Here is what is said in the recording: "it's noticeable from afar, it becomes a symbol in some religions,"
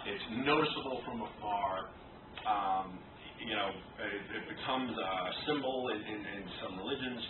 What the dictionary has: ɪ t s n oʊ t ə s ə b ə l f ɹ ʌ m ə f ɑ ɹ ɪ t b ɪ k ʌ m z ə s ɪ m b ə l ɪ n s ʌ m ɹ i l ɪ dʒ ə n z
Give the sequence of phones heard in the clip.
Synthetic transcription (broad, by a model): ɪ t s n oʊ t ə s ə b l f ɹ ʌ m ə f ɑ ɹ ɪ t b ɪ k ʌ m z ə s ɪ m b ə n ɪ n s ʌ m ɹ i l ɪ dʒ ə n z